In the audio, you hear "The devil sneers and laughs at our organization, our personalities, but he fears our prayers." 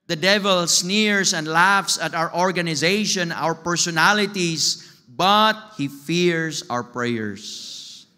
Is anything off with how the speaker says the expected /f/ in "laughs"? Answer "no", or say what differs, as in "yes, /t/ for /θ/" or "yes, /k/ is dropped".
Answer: no